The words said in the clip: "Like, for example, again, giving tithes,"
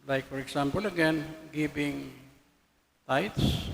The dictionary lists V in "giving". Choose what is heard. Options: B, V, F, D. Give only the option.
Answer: B